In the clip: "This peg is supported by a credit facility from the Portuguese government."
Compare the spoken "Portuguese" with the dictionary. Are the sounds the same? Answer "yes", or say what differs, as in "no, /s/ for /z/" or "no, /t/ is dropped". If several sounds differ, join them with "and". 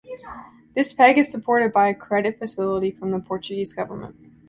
yes